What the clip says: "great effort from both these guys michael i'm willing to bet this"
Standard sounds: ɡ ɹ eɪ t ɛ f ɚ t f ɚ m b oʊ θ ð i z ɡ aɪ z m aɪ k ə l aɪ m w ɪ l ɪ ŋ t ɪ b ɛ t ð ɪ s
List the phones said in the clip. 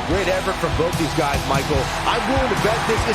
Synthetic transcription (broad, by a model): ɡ ɹ eɪ t ɛ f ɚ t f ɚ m b oʊ θ ð i z ɡ aɪ z m aɪ k l aɪ m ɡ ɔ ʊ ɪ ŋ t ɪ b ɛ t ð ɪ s